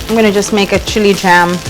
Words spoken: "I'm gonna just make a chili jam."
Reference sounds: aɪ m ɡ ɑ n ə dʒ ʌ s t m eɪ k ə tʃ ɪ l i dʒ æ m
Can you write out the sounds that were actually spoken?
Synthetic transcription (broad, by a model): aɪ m ɡ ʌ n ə dʒ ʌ s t m eɪ k ə tʃ ɪ l i dʒ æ m